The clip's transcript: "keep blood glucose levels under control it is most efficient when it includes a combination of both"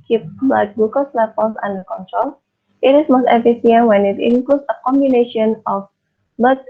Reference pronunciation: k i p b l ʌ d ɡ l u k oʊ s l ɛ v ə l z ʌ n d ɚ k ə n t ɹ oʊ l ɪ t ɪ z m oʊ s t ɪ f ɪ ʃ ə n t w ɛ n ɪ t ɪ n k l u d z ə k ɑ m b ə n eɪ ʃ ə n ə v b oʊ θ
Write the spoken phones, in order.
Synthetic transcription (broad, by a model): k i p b ʌ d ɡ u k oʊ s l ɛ f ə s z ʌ n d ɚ k ə n t ɹ oʊ l ɪ t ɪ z m oʊ s t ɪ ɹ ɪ s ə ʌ w ɛ n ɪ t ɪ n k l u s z ə k ɑ m b ə n eɪ ʃ ə n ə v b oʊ